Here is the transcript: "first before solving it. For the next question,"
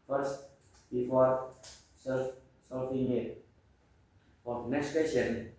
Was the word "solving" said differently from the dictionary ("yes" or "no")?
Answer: yes